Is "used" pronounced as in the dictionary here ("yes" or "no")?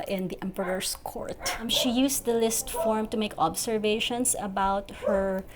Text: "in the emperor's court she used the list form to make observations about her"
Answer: no